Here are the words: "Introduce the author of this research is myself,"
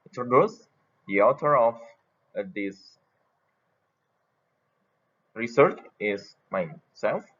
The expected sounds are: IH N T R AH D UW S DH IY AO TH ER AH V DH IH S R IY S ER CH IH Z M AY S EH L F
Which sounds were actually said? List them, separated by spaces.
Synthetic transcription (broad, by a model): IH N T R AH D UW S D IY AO T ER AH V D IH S R IY S ER CH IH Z M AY S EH L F